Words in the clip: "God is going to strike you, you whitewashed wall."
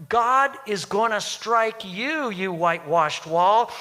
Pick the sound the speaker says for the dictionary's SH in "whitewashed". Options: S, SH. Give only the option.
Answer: SH